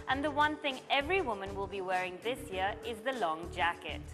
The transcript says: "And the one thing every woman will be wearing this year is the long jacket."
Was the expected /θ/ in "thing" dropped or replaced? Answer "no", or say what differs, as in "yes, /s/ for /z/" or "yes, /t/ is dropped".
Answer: no